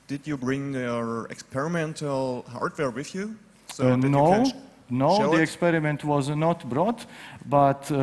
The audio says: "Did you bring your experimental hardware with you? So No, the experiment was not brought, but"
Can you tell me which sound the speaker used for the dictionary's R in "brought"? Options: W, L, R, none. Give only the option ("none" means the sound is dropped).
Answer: R